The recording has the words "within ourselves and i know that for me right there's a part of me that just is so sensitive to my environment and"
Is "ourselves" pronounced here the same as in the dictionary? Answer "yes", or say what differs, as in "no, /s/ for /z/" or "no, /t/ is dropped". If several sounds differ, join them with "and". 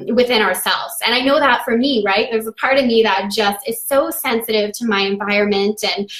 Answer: yes